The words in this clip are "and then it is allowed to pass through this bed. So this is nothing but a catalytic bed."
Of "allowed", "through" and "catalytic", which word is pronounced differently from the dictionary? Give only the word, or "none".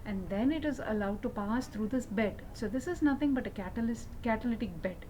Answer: through